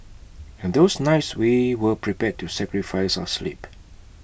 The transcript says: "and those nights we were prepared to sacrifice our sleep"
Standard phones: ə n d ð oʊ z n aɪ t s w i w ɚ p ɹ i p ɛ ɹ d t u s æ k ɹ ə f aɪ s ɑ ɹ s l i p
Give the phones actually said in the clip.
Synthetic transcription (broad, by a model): ə n d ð oʊ s n aɪ t s w i w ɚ p ɹ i p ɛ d t u s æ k ɹ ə f aɪ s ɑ s l i p